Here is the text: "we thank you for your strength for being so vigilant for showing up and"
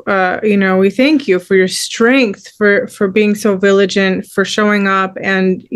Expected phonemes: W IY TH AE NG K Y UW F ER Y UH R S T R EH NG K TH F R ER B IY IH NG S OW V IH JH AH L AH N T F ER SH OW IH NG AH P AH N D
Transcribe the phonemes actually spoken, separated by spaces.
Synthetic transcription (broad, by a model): W IY TH AE NG K Y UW F ER Y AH R S T R EH NG K TH F R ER B IY IH NG S OW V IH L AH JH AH N T F ER SH OW IH NG AH P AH N